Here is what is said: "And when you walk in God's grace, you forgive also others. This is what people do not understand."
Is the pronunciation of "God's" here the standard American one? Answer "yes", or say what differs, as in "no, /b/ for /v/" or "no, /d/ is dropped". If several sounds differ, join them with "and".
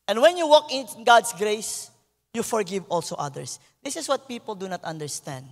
no, /s/ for /z/